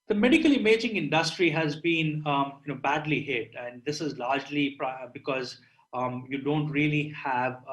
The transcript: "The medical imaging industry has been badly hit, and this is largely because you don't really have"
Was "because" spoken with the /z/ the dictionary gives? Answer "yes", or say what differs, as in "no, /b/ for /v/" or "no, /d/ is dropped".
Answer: yes